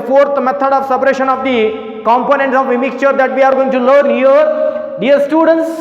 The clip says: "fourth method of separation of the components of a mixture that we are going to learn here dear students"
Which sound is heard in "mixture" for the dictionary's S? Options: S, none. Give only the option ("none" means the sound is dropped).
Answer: S